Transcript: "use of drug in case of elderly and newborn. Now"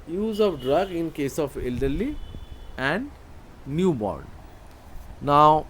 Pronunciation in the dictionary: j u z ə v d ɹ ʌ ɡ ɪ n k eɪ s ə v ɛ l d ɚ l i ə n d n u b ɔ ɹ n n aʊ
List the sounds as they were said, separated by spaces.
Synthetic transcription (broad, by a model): j u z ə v d ɹ ʌ ɡ ɪ n k eɪ s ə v ɛ l d ɚ l i ə n d n u b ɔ ɹ n n aʊ